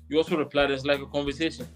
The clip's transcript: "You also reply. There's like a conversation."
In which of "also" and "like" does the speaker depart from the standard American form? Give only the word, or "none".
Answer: none